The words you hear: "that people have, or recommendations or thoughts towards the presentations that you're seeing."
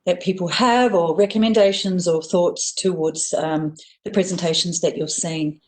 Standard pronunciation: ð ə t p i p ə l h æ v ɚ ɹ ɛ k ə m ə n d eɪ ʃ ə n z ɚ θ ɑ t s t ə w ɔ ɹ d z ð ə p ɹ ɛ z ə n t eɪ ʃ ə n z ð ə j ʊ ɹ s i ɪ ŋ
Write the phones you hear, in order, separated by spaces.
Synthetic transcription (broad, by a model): ð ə t p i p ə l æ v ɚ ɹ ɛ k ə m ə n d eɪ ʃ ə n z ɚ θ ɑ t s t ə w ɔ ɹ d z ð ə p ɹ ɛ z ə n t eɪ ʃ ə n z ð ə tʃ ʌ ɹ s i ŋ